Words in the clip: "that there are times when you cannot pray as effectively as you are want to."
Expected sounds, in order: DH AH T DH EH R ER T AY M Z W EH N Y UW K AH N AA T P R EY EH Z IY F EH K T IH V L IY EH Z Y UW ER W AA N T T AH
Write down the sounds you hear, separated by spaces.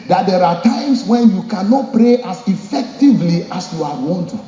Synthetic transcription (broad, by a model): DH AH T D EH R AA T AY M S W EH N Y UW K AH N AA T P R EY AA S IY F EH K T IH V L IY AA S Y UW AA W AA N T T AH